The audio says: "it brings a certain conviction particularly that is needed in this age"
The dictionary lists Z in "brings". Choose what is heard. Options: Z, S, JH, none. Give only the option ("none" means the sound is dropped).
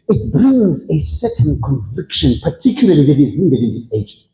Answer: Z